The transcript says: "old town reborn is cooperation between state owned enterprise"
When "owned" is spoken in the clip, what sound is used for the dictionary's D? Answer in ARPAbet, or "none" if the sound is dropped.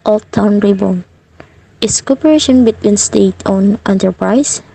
none